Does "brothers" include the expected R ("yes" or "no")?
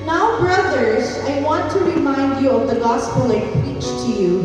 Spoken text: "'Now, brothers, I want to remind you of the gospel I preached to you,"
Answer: yes